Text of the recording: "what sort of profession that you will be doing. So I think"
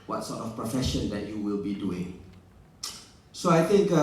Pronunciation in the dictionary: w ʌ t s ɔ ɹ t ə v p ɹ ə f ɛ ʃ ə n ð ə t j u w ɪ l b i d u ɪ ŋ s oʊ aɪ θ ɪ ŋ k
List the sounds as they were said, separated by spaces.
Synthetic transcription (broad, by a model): w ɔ t s ɔ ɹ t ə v p ɹ ə f ɛ ʃ ə n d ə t j u w ɪ l b i d u ɪ ŋ s oʊ aɪ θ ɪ ŋ k